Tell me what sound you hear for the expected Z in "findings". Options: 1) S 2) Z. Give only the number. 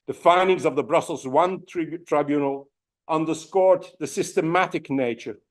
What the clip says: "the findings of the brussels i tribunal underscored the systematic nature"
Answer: 2